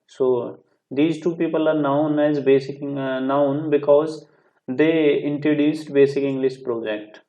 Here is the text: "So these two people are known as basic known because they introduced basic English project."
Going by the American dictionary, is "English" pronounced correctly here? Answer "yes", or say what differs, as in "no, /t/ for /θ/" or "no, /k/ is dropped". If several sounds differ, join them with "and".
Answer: no, /s/ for /ʃ/